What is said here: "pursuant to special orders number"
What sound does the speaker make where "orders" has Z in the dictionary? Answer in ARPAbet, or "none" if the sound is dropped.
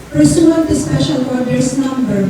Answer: S